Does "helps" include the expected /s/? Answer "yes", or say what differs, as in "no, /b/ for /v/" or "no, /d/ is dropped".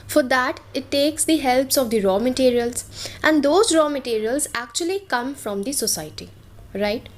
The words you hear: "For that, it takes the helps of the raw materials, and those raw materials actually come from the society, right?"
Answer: yes